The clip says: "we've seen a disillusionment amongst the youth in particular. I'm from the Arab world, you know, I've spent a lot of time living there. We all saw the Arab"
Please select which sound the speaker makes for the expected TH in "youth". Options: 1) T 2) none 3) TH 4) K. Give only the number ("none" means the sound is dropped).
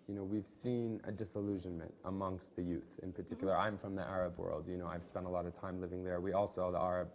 3